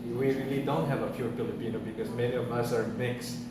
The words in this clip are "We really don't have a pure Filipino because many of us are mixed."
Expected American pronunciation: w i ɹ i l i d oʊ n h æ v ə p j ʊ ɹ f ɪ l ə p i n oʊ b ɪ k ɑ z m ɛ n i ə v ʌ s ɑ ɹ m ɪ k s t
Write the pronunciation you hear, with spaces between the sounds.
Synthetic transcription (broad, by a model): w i ɹ i l i d oʊ n h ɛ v ə f j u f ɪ l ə p i n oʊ b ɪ k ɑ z m ɛ n i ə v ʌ s ɑ ɹ m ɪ k s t